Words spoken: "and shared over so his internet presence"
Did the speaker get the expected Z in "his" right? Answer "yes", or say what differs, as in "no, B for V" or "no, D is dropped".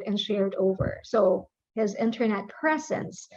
yes